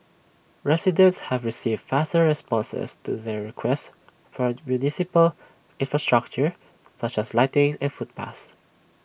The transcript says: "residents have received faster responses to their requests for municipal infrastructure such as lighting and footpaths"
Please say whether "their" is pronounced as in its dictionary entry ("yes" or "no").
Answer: yes